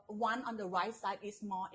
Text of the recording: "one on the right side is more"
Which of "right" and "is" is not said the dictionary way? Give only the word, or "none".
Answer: is